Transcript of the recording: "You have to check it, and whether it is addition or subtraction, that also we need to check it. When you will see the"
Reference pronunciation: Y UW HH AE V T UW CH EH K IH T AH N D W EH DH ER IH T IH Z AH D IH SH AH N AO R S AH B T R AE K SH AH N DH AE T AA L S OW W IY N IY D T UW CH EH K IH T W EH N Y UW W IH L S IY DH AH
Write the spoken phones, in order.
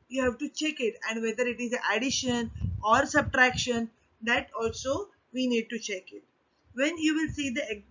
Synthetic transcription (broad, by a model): Y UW HH AE V T UW CH EH K IH T AH N D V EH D ER IH T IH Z AH D IH SH AH N AO R S AH B T R AE K SH AH N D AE T AA L S OW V IY N IY D T UW CH EH K IH T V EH N Y UW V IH L S IY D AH